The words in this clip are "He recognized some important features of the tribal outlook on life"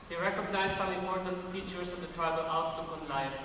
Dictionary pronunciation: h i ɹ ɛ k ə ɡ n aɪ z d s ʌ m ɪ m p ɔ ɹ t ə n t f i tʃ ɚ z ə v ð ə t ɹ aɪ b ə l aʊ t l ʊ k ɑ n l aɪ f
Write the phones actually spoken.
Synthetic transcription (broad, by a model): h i ɹ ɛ k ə ɡ n aɪ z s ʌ ɪ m ɔ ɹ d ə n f i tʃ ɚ s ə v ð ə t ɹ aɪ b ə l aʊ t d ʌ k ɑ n l aɪ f